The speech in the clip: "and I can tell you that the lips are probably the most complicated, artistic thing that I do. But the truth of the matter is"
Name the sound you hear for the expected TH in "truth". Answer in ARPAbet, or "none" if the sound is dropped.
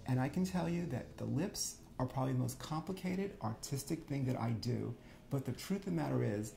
TH